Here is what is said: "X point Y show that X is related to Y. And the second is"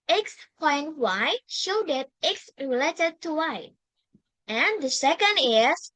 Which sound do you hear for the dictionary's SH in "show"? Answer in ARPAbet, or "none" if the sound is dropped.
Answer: SH